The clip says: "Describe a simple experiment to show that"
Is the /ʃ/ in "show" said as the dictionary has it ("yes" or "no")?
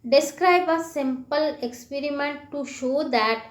yes